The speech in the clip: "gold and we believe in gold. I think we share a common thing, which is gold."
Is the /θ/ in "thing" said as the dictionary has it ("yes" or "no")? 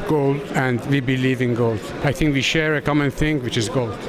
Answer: yes